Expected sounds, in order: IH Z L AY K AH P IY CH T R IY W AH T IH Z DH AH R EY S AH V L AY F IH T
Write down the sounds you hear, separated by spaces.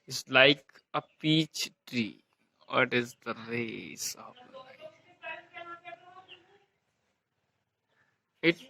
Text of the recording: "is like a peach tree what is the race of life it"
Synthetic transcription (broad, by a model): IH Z L AY K AH P IY CH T R IY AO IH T IH Z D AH R EY S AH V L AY IH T